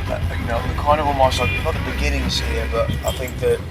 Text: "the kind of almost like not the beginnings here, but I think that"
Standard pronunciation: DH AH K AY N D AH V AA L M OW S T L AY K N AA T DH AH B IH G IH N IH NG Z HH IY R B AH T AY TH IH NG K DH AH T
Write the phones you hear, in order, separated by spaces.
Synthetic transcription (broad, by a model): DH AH K AY N D AH V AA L M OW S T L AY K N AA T DH AH B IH G IH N IH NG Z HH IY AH B AH T AY TH IH NG K DH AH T